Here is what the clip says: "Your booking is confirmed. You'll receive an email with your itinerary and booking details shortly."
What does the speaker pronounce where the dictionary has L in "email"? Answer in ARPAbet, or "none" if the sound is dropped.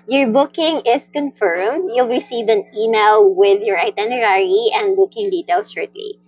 L